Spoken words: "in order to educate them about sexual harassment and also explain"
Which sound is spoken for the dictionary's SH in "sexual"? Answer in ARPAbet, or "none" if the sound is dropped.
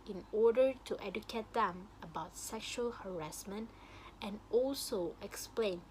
SH